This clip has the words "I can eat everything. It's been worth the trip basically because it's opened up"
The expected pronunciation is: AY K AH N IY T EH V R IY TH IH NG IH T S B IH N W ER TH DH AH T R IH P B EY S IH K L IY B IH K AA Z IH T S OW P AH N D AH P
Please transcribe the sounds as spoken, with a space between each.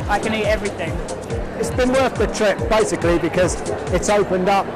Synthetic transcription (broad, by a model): AY K AH N IY T EH V R IY TH IH NG IH T S B IH N W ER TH DH AH T R IH P B EY S IH K L IY B IH K AA Z IH T S OW P AH N D AH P